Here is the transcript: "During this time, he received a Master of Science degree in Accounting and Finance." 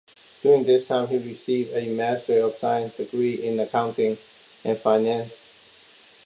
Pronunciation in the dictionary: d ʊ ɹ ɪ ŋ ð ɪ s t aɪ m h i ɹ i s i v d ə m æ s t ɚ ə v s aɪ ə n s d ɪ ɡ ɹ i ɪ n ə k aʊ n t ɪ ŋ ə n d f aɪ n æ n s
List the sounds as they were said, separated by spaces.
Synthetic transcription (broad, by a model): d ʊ ɹ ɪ ŋ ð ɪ s t aɪ m h i ɹ i s i v d ə m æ s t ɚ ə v s aɪ ə n s d ɪ ɡ ɹ i ɪ n ə k aʊ n t ɪ ŋ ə n f aɪ n æ n s